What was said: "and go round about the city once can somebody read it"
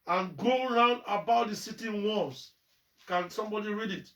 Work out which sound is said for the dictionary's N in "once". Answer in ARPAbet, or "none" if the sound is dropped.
none